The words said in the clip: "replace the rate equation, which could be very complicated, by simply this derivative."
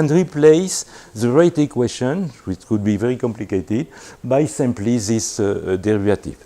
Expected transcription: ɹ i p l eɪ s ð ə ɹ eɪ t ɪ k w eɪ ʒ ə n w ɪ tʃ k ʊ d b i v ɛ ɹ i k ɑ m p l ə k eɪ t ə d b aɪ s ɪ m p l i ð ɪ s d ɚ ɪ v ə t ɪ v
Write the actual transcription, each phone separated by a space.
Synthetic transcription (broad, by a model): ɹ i p l eɪ s ð ə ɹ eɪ t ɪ k w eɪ ʃ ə n w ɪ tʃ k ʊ d b i v ɛ ɹ i k ɑ m p l ə k eɪ t ə d b aɪ s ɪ m p l i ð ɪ s d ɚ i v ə t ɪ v